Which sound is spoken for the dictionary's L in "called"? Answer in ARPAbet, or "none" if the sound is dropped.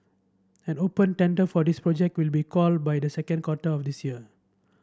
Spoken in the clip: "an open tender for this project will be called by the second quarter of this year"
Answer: L